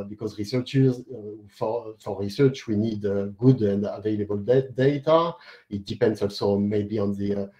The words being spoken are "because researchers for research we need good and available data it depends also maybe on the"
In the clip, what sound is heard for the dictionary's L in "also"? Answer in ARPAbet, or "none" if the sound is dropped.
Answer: L